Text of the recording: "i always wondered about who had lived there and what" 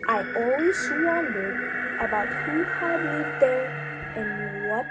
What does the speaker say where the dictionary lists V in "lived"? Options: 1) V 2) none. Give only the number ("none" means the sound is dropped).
2